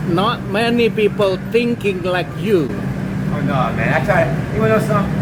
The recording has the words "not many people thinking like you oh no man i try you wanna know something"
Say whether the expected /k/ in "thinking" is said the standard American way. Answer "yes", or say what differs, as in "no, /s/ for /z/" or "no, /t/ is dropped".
yes